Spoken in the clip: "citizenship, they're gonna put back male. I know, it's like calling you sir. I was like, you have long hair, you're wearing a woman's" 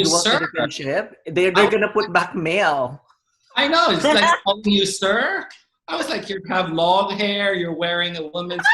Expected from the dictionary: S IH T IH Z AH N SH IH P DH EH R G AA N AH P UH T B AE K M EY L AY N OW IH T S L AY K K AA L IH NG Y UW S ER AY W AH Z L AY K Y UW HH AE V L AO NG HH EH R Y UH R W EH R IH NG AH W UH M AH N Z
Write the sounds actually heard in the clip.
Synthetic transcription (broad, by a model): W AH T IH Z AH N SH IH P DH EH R G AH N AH P UH T B AE K M EY L AY N OW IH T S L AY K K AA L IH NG Y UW S ER AY W AH Z L AY K Y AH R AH V L AO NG HH EH R Y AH R W EH R IH NG AH W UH M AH N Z